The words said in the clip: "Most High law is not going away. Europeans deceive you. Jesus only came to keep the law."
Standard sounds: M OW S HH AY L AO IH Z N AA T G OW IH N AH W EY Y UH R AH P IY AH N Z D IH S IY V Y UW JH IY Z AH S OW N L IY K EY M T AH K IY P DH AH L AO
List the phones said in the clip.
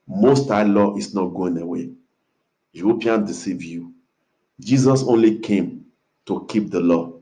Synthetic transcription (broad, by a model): M OW S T AY L AO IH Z N AA T G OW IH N AH W EY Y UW AH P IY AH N D IH S IY V Y UW JH IY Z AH S OW N L IY K EY M T AH K IY P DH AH L AO